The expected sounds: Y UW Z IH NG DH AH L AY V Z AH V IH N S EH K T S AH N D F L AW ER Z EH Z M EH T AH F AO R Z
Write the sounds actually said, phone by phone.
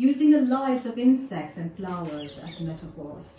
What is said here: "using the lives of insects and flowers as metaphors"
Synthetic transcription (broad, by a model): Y UW Z IH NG DH AH L AY Z AH V IH N S EH K T S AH N F L AW ER Z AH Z M EH T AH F AO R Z